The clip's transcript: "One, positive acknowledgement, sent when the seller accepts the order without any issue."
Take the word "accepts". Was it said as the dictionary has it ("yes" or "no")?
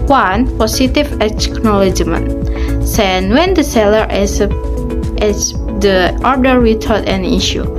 no